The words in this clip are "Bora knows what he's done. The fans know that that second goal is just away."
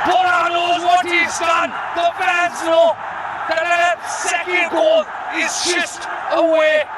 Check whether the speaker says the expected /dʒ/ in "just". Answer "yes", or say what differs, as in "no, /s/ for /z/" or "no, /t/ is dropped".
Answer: no, /tʃ/ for /dʒ/